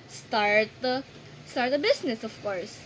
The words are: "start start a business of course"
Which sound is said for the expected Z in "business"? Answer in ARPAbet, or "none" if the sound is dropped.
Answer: S